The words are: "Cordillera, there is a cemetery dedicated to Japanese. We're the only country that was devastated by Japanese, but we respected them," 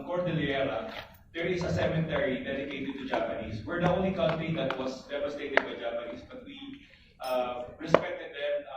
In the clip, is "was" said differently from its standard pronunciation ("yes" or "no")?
yes